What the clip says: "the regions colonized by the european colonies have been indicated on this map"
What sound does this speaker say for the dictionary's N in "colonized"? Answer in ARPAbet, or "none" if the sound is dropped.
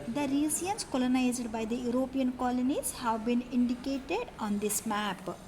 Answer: N